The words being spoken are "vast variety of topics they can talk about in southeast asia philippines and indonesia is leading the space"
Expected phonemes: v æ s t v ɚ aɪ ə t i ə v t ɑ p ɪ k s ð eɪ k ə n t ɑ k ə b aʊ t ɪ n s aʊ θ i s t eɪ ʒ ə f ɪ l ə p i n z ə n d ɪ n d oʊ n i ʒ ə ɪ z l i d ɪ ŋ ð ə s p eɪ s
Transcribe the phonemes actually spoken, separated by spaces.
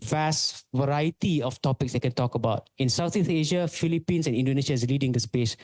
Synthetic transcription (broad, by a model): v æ s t v ɚ aɪ ə t i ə f t ɑ p ɪ k s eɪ k ə n t ɑ k ə b aʊ t ɪ n s aʊ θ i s eɪ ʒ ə f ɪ l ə p i n s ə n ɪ n d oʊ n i s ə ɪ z l i d ɪ ŋ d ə s p eɪ s